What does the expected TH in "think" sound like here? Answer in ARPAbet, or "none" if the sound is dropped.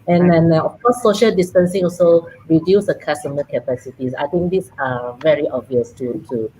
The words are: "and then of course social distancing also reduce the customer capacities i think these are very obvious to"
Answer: T